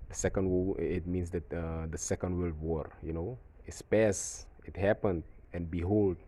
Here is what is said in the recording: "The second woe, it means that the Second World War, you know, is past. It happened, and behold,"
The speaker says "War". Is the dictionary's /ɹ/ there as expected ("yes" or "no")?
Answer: yes